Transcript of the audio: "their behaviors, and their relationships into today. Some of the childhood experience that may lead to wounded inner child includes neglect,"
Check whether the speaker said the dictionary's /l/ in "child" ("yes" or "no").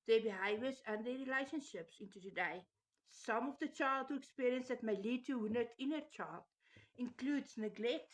yes